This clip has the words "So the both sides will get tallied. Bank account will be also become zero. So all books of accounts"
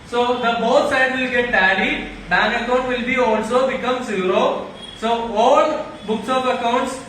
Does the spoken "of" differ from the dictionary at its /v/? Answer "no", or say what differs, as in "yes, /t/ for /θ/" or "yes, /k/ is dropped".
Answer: yes, /p/ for /v/